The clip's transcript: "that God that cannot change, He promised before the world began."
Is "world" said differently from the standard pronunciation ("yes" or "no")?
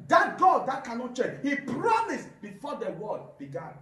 yes